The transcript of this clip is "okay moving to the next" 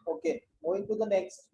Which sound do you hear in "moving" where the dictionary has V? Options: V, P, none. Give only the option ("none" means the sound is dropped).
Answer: none